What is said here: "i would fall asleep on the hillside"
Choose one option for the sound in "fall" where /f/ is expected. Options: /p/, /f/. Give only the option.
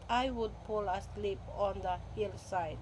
/p/